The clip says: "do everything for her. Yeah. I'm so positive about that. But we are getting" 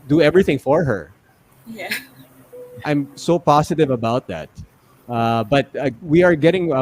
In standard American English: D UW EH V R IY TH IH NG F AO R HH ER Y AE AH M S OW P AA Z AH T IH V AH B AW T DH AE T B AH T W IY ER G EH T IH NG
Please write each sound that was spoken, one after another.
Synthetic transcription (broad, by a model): D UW EH V R IY TH IH NG F AO R HH ER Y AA AH M S OW P AA S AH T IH V AH B AW T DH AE T B AH T W IY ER G EH T IH NG